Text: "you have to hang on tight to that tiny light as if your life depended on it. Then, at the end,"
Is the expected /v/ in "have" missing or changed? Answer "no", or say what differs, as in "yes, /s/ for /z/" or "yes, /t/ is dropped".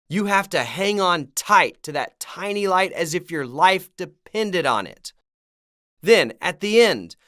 yes, /f/ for /v/